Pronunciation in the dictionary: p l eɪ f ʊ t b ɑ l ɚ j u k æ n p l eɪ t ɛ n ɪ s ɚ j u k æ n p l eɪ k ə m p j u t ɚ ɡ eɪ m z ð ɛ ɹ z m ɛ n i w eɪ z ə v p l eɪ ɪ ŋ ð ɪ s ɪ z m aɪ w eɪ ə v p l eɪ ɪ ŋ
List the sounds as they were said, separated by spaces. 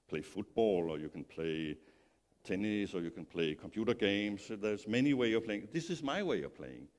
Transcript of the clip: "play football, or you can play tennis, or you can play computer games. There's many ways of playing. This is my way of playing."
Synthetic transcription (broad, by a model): p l eɪ f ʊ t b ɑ l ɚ j u k æ n p l eɪ t ɛ n ɪ s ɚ j u k æ n p l eɪ k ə m p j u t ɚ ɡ eɪ m s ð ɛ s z m ɛ n i w eɪ ə v p l eɪ ɪ ŋ ð ɪ s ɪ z m aɪ w eɪ ə v p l eɪ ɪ ŋ